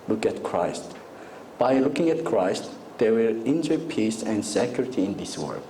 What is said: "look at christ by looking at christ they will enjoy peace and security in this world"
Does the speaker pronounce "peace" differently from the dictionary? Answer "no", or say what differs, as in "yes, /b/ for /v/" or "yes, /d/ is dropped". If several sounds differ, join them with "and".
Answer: no